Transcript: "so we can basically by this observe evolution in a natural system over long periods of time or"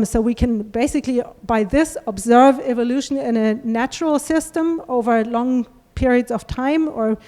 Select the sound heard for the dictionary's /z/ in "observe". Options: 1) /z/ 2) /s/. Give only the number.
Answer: 1